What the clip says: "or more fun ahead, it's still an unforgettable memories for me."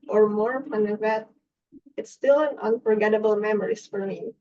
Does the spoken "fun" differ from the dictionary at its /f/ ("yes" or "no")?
yes